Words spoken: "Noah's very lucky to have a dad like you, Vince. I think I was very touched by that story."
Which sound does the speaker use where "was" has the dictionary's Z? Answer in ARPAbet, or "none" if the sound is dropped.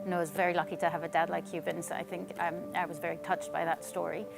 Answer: Z